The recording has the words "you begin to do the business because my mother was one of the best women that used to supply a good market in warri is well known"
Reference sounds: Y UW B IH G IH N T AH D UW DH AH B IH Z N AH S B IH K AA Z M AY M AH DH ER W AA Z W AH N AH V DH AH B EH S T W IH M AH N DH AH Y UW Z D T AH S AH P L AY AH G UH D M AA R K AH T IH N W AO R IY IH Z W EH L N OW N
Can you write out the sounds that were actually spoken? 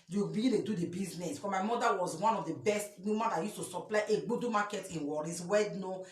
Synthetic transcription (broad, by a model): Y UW B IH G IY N T AH D UW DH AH B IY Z N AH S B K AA M AY M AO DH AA W AA Z W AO N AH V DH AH B EH S T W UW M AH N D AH Y UW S T AH S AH P L AY AH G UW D M AA K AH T IH N W AO R IY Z W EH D N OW